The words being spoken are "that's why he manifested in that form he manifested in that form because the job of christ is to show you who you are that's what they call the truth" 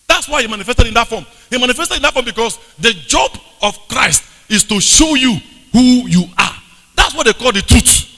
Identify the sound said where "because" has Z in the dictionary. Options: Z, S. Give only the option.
S